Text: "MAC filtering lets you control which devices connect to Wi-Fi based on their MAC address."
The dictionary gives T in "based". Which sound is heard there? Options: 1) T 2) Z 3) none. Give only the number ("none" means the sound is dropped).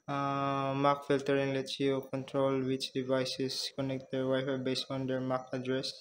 3